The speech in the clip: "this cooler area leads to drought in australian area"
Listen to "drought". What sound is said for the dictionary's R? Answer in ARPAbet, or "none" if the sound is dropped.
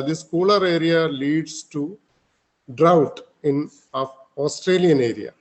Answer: R